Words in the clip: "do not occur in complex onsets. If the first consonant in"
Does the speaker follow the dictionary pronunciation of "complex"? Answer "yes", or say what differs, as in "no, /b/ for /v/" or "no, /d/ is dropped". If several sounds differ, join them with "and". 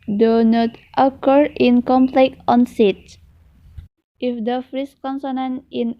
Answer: no, /s/ is dropped